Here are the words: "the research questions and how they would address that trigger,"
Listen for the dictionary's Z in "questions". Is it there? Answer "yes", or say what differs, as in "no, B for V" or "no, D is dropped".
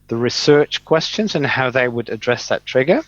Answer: yes